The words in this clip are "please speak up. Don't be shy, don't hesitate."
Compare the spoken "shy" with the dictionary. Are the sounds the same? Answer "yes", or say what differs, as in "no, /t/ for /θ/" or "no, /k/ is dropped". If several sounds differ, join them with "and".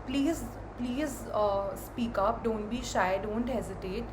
yes